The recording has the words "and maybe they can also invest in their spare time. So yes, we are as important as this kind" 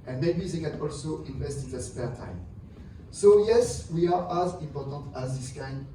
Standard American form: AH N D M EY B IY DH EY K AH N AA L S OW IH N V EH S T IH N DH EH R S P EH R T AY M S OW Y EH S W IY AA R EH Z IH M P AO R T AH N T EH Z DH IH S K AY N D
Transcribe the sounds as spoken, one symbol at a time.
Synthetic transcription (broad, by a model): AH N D M EY B IY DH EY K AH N AA L S OW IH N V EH S T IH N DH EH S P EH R T AY M S OW Y EH S W IY AA R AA Z IH M P AO R T AH N T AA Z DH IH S K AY N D